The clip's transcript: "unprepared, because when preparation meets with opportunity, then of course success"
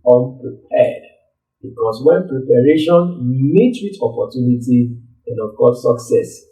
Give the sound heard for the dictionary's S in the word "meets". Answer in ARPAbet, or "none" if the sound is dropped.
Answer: none